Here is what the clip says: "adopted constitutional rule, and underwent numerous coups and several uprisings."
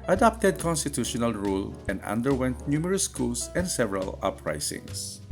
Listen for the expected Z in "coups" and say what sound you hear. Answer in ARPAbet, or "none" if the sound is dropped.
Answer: S